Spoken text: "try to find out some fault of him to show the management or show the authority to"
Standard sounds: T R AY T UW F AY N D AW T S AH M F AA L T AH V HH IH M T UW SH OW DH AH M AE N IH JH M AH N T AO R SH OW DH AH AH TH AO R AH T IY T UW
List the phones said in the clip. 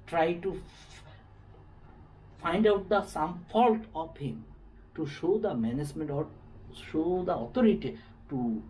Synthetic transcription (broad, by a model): T R AY T UW F AY N D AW T S AH M F AA L T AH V HH IH M T UW SH OW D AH M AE N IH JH M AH N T AO R SH OW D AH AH T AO R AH T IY T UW